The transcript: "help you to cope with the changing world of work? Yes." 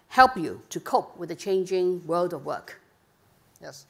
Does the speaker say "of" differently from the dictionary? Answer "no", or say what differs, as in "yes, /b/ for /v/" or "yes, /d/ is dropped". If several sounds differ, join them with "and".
no